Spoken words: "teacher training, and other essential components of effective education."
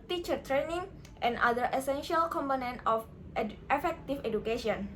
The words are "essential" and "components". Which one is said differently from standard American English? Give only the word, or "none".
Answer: components